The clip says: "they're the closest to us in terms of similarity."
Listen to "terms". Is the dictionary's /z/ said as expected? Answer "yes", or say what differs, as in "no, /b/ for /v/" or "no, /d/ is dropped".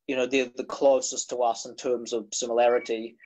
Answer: yes